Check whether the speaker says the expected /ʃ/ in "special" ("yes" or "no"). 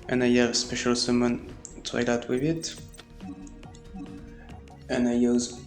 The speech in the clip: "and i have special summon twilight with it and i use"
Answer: yes